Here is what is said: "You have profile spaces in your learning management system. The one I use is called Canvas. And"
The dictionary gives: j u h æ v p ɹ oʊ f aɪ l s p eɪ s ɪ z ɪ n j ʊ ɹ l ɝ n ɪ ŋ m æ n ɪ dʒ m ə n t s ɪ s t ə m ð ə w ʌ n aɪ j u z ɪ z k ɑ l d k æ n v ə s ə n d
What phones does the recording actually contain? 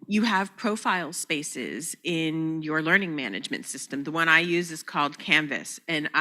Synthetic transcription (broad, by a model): j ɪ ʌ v p ɹ oʊ f aɪ l s p eɪ s ɪ z ɪ n j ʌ ɹ l ɝ n ɪ ŋ m æ n ɪ dʒ m ə n t s ɪ s t ə m ð ə w ʌ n aɪ j u z ɪ z k ɑ l d k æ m v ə s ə n